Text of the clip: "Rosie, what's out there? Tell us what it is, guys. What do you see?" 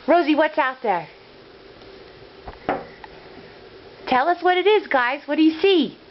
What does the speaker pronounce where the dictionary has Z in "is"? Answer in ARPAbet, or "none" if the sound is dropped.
Z